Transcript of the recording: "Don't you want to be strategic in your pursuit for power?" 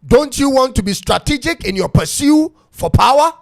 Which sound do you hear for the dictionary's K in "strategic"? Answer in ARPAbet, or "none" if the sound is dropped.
K